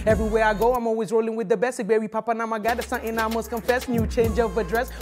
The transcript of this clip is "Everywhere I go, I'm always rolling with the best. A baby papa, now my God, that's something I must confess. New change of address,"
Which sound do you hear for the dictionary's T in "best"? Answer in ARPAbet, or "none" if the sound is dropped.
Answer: none